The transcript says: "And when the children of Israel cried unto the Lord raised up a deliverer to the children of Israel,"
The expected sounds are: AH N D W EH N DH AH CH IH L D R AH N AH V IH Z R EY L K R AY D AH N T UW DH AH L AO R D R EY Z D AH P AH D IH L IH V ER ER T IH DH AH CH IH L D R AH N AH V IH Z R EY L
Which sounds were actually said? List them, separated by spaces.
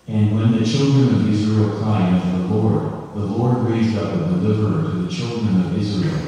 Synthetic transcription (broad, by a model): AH N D W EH N DH AH CH IH L D R AH N AH V IH Z R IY L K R AY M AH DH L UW DH AH L AO R D R EY Z D AH P AH D IH L IH V ER ER T IH DH AH CH IH L D R AH N AH V IH Z R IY L